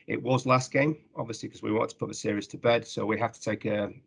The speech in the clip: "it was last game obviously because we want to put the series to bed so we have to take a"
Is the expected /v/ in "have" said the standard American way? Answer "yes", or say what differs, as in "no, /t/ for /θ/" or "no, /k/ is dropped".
no, /f/ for /v/